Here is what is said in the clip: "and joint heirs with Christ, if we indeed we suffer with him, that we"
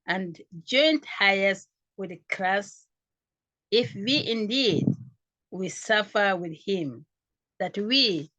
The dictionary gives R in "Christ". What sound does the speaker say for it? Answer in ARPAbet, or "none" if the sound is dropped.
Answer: L